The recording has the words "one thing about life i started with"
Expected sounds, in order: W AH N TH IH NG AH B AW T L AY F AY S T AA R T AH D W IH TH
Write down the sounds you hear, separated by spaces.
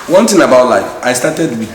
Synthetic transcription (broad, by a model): W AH N T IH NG AH B AW T L AY F AY S T AA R T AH D W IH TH